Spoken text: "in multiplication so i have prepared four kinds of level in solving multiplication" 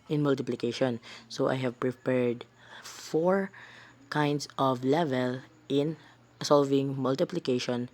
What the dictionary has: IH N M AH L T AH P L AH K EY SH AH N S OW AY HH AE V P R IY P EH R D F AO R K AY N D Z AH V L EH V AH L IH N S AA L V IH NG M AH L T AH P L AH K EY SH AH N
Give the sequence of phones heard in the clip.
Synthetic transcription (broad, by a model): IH N M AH L T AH P L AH K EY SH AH N S OW AY HH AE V P R IY P EH R D F AO R K AY N D S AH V L EH V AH L IH N S AA L V IH NG M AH L T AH P L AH K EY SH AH N